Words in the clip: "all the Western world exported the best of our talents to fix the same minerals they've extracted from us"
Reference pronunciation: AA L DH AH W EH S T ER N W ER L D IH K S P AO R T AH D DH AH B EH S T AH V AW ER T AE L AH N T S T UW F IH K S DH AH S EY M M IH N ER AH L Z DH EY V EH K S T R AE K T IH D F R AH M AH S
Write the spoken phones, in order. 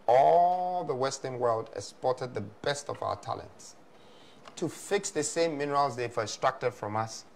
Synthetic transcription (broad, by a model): AA L DH AH W EH S T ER N W ER L D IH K S P AO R T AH D DH AH B EH S T AH V AW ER T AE L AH N T S T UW F IH K S DH AH S EY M M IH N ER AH L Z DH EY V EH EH S T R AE K T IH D F R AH M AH S